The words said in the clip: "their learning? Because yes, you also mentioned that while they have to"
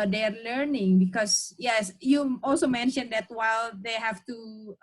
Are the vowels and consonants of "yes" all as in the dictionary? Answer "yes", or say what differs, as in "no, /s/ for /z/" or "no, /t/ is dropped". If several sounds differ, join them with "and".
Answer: yes